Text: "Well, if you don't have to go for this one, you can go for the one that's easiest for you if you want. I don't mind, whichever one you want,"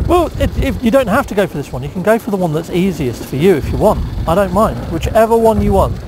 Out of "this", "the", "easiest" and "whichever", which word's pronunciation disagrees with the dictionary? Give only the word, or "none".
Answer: none